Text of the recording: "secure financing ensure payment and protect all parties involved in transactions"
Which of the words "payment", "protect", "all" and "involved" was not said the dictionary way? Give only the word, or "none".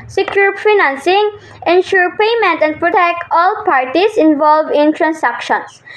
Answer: involved